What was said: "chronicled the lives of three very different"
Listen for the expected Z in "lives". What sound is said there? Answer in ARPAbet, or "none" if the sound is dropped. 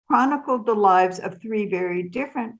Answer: Z